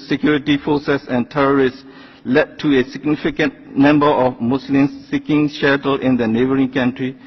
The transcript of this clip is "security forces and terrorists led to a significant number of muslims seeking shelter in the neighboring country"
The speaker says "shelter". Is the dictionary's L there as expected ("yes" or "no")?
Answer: no